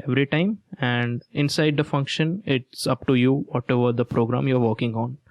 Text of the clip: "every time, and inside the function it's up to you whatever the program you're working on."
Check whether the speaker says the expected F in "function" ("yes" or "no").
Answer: yes